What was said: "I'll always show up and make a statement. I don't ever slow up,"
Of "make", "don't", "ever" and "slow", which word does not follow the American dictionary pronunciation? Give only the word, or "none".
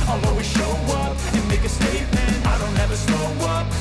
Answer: slow